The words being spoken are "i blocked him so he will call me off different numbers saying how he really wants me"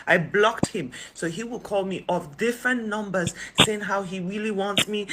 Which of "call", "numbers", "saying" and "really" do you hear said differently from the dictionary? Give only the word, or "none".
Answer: none